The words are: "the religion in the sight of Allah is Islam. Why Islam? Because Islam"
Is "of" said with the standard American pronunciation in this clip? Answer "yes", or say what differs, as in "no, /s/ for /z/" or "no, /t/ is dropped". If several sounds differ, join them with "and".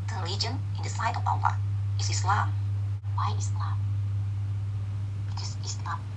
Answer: no, /p/ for /v/